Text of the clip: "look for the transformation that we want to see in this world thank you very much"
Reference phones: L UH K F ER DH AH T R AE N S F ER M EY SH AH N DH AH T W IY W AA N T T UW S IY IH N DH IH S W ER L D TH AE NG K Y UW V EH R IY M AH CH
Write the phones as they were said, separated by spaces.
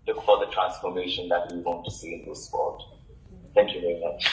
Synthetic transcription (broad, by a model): L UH K F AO DH AH T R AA N S F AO M EY SH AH N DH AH T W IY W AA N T T UW S IY IH N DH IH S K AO D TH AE NG K Y UW V EH R IY M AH CH